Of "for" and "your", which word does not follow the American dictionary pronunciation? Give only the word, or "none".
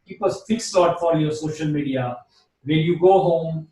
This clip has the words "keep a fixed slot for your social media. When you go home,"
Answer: for